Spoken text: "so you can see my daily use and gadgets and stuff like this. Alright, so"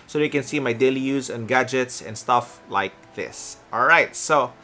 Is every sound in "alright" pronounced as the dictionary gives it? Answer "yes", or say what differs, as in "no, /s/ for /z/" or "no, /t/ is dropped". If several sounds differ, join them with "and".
yes